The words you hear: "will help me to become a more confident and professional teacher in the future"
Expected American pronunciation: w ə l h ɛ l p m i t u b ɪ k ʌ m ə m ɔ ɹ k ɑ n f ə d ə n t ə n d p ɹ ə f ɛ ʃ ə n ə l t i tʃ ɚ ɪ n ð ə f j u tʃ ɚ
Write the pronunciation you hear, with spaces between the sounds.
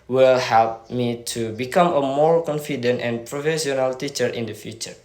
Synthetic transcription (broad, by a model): w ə l h ɛ l p m i t u b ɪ k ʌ m ə m ɔ ɹ k ɑ n f ə d ə n t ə n p ɹ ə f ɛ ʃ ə n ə l t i tʃ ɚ ɪ n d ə f j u tʃ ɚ